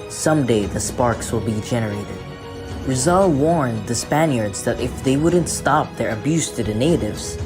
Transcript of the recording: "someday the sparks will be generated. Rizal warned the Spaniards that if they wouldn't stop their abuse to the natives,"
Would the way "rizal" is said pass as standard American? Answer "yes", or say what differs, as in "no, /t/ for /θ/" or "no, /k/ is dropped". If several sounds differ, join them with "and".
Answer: yes